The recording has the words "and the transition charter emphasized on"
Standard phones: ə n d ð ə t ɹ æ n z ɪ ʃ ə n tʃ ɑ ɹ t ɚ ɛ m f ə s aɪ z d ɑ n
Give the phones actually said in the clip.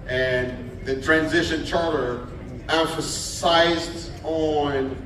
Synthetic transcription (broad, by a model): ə n ð ə t ɹ æ n z ɪ ʃ ə n tʃ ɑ ɹ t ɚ ɛ m f ə s aɪ z d n